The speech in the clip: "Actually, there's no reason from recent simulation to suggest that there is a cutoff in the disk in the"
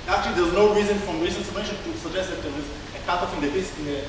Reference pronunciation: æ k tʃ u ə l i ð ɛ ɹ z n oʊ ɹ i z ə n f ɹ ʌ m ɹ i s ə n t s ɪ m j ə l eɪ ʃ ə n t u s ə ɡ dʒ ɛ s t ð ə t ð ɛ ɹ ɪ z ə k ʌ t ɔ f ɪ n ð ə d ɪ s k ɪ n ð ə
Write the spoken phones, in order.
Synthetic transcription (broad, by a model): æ k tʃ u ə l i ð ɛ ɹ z n oʊ ɹ i z ə n f ɹ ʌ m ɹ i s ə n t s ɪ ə eɪ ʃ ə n t u s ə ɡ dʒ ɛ s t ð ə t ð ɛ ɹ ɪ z ə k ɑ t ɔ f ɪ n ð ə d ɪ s ɪ n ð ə